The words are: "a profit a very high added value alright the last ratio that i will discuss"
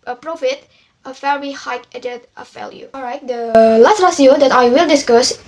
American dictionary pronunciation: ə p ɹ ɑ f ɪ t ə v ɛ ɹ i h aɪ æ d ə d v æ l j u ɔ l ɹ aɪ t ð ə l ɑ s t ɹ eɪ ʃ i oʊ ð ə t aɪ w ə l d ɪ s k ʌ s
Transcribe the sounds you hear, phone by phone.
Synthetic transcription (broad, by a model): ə p ɹ ɑ f ɪ t ə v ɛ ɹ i h aɪ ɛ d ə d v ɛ l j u ɔ l ɹ aɪ t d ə l ɑ s t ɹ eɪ s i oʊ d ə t aɪ w ə l d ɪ s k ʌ s